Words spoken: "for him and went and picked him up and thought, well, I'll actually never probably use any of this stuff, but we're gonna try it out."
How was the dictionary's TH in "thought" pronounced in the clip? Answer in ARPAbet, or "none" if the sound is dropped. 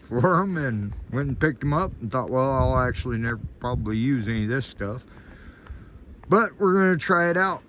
TH